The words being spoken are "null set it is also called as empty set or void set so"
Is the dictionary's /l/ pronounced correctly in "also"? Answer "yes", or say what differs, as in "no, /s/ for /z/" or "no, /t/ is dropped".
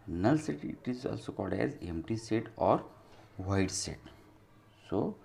yes